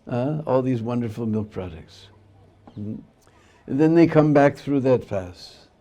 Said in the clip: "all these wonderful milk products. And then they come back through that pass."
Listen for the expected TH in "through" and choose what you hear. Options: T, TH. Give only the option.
TH